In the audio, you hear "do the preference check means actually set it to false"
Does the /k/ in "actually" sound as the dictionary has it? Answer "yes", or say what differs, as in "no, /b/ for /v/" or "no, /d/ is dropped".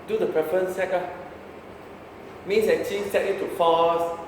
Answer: no, /k/ is dropped